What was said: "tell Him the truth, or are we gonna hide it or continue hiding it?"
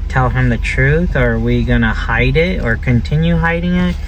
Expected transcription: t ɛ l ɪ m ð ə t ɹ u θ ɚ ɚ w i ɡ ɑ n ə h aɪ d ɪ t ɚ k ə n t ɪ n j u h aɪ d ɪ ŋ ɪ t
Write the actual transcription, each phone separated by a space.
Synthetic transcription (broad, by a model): t ɛ l ɪ m ð ə t ɹ u θ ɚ ɚ w i ɡ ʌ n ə h aɪ d ɪ t ɚ k ə n t ɪ n j u h aɪ d ɪ ŋ ɪ t